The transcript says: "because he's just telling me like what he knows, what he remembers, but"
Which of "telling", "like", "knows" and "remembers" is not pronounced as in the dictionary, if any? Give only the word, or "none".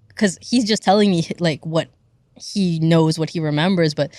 none